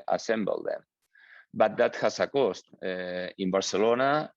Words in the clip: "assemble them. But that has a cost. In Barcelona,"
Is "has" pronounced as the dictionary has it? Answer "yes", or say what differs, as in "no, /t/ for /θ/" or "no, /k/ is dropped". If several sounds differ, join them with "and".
no, /s/ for /z/